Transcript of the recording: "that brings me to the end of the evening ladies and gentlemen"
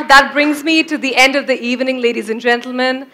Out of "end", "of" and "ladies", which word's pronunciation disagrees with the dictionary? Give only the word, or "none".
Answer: none